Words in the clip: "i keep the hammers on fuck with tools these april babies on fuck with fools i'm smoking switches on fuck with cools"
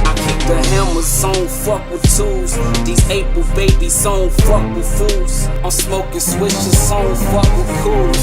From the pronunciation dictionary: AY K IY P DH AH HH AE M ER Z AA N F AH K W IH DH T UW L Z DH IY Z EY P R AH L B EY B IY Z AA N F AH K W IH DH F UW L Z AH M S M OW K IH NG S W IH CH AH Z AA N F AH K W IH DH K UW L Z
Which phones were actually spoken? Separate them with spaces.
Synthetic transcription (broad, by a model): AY K IY P DH AH HH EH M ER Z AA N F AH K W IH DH T UW L Z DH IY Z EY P AH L B EY B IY S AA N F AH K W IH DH F UW L Z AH S M OW K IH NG S W IH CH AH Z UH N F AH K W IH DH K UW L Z